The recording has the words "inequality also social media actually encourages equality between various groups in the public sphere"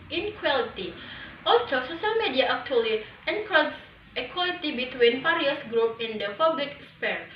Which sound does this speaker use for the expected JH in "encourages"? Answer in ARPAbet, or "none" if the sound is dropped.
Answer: none